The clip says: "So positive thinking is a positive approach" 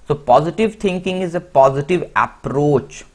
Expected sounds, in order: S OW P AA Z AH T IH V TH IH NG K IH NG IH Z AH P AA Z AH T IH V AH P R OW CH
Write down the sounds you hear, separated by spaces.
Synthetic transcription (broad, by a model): S OW P AA Z AH T IH V T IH NG K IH NG IH Z AH P AA Z AH T IH V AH P R OW CH